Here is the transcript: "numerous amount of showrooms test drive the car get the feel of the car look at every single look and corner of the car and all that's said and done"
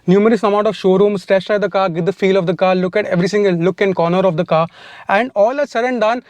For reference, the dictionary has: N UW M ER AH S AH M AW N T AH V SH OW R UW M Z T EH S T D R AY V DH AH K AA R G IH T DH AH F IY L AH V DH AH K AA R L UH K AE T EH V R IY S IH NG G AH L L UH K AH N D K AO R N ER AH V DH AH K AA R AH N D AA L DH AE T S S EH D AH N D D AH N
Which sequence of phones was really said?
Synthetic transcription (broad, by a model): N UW M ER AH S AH M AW T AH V SH OW R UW M S T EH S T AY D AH K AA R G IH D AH F IY L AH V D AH K AA R L UH K AE T EH V R IY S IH NG G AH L L UH K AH N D K AO N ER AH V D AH K AA R AH N D AA L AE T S S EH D AH N D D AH N